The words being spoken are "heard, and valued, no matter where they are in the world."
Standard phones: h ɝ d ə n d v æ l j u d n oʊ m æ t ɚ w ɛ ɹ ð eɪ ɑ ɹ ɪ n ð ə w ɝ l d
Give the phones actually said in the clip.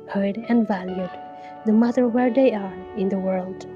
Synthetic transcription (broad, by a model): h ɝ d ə n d v æ l j u d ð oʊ m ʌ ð ɚ w ɛ ɹ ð eɪ ɑ ɹ ɪ n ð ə w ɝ l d